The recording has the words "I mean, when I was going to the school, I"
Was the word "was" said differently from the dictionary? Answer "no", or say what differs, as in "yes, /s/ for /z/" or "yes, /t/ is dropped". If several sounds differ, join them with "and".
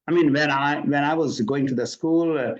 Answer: no